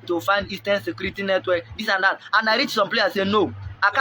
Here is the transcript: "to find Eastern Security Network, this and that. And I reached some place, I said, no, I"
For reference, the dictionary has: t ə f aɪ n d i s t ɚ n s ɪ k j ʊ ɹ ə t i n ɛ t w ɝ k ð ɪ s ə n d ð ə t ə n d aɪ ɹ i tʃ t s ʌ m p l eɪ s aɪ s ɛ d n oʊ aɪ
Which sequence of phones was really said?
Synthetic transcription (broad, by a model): t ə f aɪ n d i s t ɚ n s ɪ k j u ɹ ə t i n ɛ t w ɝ k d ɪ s ə n d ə t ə n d aɪ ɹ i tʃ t s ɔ m p l eɪ aɪ s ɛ n oʊ aɪ